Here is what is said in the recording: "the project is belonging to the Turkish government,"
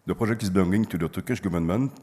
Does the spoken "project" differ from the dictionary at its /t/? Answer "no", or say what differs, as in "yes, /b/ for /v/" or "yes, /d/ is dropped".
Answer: yes, /t/ is dropped